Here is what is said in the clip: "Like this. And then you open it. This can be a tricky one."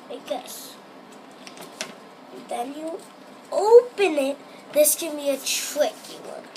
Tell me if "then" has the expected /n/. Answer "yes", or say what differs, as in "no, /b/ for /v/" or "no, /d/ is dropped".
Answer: no, /l/ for /n/